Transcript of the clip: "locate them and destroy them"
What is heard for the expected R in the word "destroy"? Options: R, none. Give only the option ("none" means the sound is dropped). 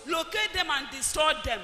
none